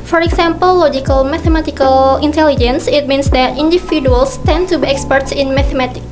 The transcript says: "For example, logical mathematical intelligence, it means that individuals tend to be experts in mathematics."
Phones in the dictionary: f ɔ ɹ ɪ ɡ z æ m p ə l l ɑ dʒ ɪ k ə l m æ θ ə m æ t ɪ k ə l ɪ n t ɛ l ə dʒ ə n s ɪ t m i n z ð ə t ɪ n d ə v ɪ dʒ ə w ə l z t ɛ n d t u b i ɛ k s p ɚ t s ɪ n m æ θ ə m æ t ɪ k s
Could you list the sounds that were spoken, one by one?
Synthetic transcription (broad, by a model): f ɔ ɹ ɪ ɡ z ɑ m p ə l l ɑ dʒ ɪ k ə l m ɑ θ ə m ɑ t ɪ k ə l ɪ n t ɛ l ə dʒ ə n s ɪ t m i n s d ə t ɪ n d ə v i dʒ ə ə l s t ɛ n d t u b i ɛ k s p ɚ t s ɪ n m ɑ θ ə m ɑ t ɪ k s